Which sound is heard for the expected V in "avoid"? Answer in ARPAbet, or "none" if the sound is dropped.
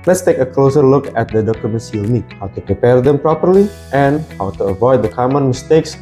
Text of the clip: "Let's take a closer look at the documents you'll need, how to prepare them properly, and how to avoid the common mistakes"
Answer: V